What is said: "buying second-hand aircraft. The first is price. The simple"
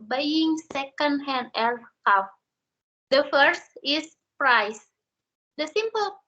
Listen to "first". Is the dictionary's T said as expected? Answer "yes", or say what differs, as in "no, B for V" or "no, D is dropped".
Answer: yes